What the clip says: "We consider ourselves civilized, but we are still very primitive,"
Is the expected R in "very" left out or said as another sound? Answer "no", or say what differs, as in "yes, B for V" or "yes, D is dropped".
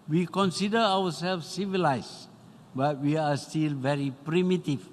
no